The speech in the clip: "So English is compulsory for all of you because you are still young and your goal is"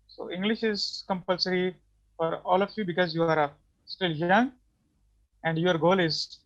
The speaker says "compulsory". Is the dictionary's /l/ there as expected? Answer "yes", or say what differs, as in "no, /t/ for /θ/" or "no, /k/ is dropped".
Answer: yes